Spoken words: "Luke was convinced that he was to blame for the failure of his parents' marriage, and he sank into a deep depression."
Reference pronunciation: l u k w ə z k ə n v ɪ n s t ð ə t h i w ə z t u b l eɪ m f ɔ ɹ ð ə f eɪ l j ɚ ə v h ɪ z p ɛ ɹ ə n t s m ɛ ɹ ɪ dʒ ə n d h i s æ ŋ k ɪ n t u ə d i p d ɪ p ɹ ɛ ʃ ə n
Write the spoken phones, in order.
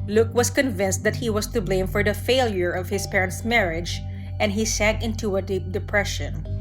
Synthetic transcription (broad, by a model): l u k w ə s k ə n v ɪ n s t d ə t h i w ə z t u b l eɪ m f ɔ ɹ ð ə f eɪ l j ɚ ə v h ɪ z p ɛ ɹ ə n t s m ɛ ɹ ɪ dʒ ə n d h i s æ ŋ k ɪ n t u ə d i p d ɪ p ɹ ɛ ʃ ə n